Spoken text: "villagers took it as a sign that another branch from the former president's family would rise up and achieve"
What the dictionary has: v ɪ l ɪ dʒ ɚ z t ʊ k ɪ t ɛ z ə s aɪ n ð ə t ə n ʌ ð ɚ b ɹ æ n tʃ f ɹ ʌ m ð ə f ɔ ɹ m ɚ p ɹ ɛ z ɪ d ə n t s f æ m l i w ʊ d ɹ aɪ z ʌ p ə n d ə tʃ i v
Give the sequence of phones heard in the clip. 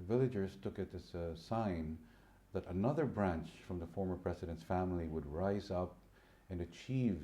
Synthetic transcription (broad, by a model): v ɪ l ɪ dʒ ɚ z t ʊ k ɪ t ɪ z ə s aɪ n ð ə t ə n ʌ ð ɚ b ɹ æ n tʃ f ɹ ʌ m ð ə f ɔ ɹ m ɚ p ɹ ɛ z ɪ d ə n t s f æ m l i w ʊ d ɹ aɪ z ʌ p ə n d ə tʃ i v